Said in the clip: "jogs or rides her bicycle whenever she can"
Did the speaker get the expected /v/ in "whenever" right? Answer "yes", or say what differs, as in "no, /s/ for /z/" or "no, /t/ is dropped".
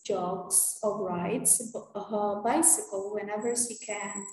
yes